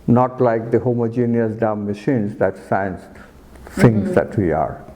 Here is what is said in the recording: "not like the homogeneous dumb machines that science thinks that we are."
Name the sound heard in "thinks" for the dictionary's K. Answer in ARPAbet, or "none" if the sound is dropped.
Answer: none